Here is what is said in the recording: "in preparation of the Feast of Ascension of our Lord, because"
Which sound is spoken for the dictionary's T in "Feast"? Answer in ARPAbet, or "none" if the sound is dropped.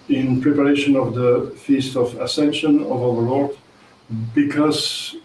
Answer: T